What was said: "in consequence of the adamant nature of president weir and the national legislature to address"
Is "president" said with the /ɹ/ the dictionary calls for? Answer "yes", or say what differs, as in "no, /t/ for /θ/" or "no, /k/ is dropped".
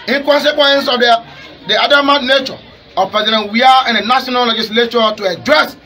no, /ɹ/ is dropped